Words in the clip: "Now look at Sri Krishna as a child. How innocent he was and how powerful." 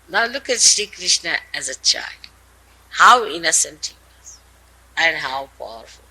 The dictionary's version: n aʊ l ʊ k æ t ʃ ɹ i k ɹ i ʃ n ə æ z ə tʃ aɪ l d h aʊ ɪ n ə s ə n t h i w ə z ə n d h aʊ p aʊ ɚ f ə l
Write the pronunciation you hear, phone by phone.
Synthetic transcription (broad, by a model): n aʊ l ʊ k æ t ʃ i k ɹ i ʃ n ə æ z ə tʃ aɪ l d h aʊ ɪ n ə s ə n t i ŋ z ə n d h aʊ p aʊ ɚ f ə l